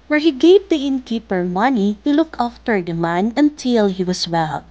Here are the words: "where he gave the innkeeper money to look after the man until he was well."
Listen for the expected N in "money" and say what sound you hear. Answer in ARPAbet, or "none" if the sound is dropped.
N